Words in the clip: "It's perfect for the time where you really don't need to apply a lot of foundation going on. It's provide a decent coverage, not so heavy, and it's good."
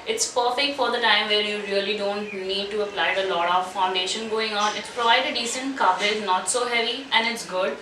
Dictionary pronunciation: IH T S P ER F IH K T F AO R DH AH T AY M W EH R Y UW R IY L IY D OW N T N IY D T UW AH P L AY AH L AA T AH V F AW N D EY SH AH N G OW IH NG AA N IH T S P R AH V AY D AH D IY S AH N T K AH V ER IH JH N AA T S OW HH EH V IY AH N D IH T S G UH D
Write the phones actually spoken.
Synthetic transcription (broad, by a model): IH T S P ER F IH K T F AO R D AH T AY M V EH R Y UW R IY L IY D OW N T N IY D T UW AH P L AY AH L AA T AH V F AW N D EY SH AH N G OW IH NG AA N IH T S P R AH V AY D AH D IY S AH N T K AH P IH Z N AA T S OW HH EH V IY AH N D IH T S G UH D